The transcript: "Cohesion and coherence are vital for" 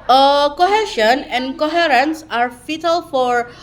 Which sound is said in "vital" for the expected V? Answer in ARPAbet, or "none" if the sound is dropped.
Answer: F